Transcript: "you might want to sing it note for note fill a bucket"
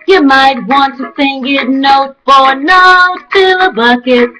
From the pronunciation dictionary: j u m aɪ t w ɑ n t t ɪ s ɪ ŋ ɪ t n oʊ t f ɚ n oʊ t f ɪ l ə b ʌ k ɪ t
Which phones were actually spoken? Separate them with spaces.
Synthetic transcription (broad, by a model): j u m aɪ t w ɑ n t t ɪ θ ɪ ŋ ɪ t n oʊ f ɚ n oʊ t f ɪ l ə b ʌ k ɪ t